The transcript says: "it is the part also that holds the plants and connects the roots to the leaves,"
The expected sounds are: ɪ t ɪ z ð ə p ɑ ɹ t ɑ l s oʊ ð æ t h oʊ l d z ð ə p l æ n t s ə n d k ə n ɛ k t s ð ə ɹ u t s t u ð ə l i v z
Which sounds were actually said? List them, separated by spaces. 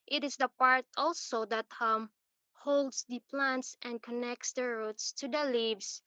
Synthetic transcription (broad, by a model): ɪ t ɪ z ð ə p ɑ ɹ t ɑ l s oʊ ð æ t h oʊ l d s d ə p l æ n t s ə n d k ə n ɛ k t s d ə ɹ u t s t u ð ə l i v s